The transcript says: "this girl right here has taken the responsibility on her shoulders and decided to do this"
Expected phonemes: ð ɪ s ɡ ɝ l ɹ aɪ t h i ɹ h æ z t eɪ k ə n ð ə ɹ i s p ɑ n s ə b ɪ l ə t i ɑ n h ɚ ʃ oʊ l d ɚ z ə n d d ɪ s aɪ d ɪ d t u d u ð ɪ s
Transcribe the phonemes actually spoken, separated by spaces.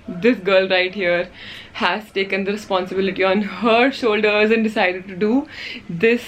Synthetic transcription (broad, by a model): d ɪ s ɡ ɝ l ɹ aɪ t h i ɹ h æ z t eɪ k ə n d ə ɹ i s p ɑ n s ə b ɪ l ə t i ɑ n h ɚ ʃ oʊ l d ɚ z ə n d d ɪ s aɪ d ɪ d t u d u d ɪ s